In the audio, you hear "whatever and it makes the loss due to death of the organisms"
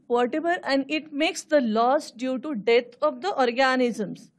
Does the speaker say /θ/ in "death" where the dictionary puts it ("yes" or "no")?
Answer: no